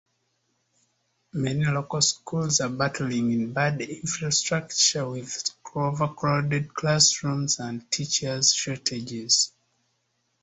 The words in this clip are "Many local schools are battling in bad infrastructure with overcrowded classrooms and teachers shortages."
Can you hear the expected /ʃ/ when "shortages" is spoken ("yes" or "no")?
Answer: no